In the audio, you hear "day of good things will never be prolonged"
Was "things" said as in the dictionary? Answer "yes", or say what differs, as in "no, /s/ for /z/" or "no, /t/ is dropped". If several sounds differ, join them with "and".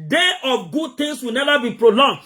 no, /t/ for /θ/ and /s/ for /z/